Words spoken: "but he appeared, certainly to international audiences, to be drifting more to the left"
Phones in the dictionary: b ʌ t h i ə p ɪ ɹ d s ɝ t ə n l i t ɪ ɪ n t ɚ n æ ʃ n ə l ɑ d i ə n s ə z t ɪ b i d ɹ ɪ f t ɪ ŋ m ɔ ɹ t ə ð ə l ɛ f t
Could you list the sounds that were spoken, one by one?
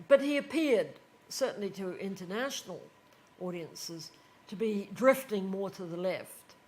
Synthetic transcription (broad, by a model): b ʌ t h i ə p ɪ ɹ d s ɝ t n l i t ɪ ɪ n t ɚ n æ ʃ n l ɑ d i ə n s ə z t ɪ b i d ɹ ɪ f t ɪ ŋ m ɔ ɹ t ə ð ə l ɛ f t